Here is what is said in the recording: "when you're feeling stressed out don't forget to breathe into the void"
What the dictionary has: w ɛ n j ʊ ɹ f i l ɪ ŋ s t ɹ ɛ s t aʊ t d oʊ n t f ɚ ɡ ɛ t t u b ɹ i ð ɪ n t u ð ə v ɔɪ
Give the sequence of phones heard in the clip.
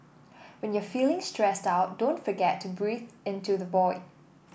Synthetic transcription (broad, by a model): w ɛ n j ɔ f i l ɪ ŋ s t ɹ ɛ s t aʊ t d oʊ n t f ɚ ɡ ɛ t t u b ɹ i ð ɪ n t u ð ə b ɔɪ